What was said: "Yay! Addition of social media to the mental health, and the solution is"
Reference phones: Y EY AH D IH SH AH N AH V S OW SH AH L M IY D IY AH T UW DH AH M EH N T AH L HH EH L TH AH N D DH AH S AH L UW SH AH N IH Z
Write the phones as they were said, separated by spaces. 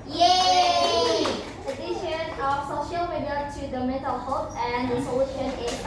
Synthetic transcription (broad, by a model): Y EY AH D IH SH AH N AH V S OW SH AH L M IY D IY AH T UW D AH M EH T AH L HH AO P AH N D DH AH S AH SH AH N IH